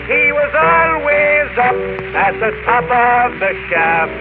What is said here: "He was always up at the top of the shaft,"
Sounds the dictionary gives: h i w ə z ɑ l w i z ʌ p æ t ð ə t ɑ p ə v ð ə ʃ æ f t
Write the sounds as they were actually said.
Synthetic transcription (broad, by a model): h i w ə z ɑ l w i z ʌ p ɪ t ð ə t ɑ p ə v ð ə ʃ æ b